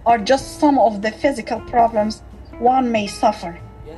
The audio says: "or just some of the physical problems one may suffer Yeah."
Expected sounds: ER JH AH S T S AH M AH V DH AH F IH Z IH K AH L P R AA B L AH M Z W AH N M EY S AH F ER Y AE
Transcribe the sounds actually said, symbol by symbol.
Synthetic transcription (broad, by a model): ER JH AH S T S AH M AH V DH AH F IH Z IH K AH L P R AA B L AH M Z W AH N M EY S AH F ER